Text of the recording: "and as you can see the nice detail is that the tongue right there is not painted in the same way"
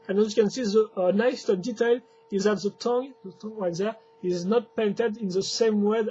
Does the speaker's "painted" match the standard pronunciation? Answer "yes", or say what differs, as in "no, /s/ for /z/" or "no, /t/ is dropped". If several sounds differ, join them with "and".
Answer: yes